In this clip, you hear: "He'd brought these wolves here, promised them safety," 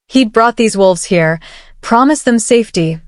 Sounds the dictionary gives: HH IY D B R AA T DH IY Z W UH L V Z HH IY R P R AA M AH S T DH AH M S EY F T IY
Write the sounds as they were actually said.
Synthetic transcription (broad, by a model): HH IY D B R AA T DH IY Z W UH L V Z HH IY R P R AA M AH S DH AH M S EY F T IY